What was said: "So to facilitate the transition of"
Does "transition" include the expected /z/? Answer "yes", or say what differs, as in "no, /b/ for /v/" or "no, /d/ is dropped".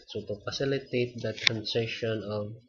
no, /s/ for /z/